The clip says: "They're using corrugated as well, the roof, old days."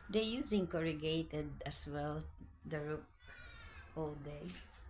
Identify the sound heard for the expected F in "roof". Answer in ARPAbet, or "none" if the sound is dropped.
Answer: P